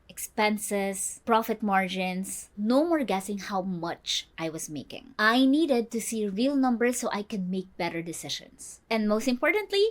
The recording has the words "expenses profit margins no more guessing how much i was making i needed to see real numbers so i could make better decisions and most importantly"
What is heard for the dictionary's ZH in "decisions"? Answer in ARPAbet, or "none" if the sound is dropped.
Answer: SH